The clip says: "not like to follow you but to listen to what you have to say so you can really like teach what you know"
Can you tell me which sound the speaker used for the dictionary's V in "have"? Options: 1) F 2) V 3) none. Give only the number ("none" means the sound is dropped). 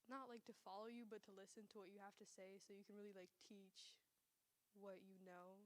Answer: 1